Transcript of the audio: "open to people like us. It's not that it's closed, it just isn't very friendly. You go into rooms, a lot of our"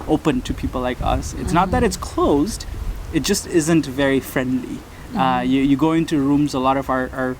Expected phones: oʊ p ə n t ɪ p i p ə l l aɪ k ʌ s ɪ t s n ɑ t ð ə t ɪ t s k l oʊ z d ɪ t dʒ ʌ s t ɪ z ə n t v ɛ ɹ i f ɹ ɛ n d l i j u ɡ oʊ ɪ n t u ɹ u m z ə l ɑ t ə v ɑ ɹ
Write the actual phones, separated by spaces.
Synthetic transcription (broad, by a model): oʊ p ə n t ɪ p i p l l aɪ k ʌ s ɪ t s n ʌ t ð ə t ɪ t s k l oʊ z d ɪ t dʒ ʌ s t ɪ z ə n t v ɛ ɹ i f ɹ ɛ n d l i j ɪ ɡ oʊ ɪ n t u ɹ u m z ə l ɑ t ə v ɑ ɹ